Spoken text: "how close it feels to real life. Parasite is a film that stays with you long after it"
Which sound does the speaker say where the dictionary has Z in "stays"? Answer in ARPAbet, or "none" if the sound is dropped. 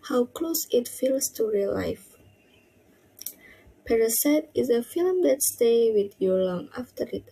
none